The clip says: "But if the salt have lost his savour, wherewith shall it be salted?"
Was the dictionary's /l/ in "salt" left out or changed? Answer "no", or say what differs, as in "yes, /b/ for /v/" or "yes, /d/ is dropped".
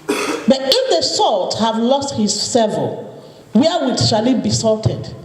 no